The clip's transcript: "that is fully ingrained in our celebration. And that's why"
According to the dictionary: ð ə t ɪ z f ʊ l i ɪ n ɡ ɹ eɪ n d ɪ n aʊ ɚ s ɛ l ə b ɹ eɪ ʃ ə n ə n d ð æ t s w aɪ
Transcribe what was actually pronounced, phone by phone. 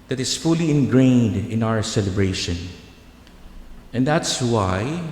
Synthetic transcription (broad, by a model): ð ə t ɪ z f ʊ l i ɪ n ɡ ɹ eɪ n d ɪ n aʊ ɚ s ɛ l ə b ɹ eɪ ʃ ə n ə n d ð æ t s w aɪ